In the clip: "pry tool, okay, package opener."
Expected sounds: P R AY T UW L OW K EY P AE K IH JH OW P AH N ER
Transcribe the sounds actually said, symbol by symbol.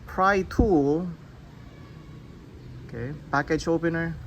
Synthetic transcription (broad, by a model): P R AY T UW L OW K EY B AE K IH CH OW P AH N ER